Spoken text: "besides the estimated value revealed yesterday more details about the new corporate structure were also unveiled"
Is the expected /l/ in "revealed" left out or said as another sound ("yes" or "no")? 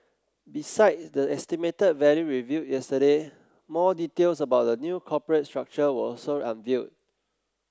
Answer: yes